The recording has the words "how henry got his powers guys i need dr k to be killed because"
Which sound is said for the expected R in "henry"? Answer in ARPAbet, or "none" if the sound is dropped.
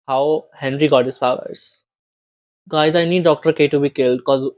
R